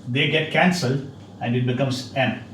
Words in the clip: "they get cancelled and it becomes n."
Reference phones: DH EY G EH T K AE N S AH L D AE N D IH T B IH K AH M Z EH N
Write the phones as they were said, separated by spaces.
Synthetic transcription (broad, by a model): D EY G EH T K AE N S AH L D AE N D IH T B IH K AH M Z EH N